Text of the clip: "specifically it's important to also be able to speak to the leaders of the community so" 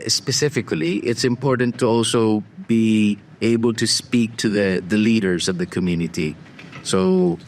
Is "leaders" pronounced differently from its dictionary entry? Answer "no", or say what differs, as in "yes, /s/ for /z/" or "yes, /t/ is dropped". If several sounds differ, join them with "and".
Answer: no